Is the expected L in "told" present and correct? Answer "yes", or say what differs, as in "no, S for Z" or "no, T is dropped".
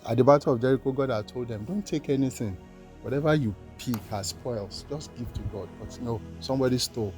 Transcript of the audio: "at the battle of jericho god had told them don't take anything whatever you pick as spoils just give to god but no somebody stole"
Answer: yes